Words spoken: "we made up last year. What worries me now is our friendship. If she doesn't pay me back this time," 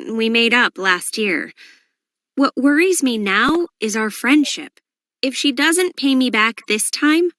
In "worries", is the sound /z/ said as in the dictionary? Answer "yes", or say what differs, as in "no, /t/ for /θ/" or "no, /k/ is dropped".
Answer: yes